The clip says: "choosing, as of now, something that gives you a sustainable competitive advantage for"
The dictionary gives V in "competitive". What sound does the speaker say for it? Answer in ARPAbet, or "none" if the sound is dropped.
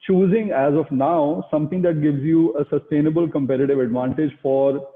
V